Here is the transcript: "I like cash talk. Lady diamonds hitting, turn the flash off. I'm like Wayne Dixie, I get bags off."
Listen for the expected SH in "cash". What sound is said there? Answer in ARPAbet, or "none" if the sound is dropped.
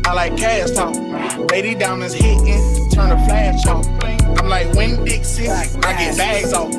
S